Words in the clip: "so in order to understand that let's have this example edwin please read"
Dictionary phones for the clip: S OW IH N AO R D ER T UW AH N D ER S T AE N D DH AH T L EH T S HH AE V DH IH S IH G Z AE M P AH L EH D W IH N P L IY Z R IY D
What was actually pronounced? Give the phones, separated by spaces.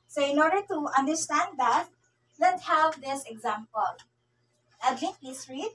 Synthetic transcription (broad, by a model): S OW IH N AO R D ER T UW AH N D ER S T AE N D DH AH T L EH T HH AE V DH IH S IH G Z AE M P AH L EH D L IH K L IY S R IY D